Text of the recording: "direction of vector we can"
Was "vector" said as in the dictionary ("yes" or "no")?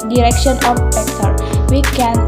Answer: no